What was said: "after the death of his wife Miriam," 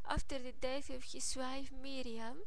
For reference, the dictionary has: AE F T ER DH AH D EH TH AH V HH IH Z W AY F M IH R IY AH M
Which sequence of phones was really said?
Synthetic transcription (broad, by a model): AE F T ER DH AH D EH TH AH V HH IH S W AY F M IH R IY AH M